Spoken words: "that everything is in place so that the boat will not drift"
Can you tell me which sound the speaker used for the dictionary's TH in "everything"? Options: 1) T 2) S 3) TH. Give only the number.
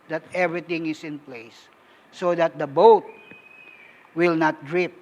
1